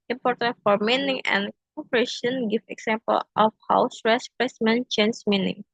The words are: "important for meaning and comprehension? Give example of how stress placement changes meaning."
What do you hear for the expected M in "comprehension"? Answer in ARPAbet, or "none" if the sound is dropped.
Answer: none